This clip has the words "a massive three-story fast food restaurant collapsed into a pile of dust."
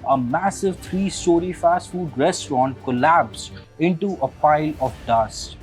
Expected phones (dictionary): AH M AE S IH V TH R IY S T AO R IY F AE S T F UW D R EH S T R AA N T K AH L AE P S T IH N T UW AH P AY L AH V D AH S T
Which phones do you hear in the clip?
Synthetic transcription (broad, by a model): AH M AE S IH V T R IY S T AO R IY F AE S T F UW D R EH S T R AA N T K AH L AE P S IH N T UW AH P AY L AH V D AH S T